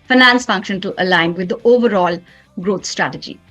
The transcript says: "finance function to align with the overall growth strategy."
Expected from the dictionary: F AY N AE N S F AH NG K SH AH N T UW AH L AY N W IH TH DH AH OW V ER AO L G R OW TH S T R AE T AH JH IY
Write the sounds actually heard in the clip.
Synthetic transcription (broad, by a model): F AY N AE N S F AH NG K SH AH N T UW AH L AY N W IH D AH OW V ER AO L G R OW T S T R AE T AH JH IY